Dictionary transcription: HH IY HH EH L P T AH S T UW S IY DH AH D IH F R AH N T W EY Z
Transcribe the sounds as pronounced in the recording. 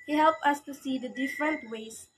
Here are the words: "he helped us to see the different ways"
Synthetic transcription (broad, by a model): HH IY HH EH L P AH S T UW S IY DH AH D IH F R AH N T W EY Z